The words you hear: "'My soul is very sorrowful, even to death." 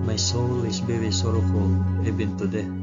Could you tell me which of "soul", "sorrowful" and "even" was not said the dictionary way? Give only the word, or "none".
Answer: even